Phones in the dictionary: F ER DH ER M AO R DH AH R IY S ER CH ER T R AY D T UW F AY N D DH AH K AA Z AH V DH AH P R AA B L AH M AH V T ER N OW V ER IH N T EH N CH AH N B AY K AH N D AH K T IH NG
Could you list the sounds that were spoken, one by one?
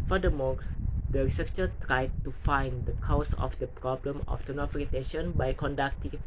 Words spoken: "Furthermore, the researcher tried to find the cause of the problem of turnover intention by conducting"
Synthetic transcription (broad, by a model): F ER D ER M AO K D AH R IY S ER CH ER T R AY D T UW F AY N D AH K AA S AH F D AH P R AA B L AH M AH F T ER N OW F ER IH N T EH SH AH N B AY K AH N D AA K T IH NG